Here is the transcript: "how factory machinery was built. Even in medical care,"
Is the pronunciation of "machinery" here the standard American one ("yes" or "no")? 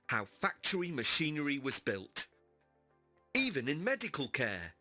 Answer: yes